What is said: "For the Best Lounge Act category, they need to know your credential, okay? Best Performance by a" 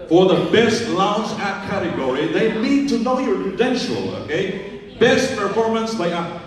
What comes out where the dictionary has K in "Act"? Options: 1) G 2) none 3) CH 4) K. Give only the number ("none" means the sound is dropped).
2